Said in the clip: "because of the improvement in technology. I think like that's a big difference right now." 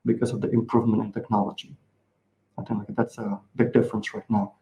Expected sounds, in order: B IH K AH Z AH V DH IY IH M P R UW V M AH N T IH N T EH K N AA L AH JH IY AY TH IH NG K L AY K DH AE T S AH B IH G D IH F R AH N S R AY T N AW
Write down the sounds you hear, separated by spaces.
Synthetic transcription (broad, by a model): B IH K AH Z AH V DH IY IH M P R UW V M AH N T IH N T EH K N AA L AH JH IY AY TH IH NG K L AY K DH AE T S AH B IH G D IH F R AH N S R AY T N AW